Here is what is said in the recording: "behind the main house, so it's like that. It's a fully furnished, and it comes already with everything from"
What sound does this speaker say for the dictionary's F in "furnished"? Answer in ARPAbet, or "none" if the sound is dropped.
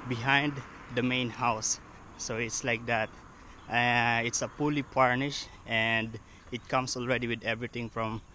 P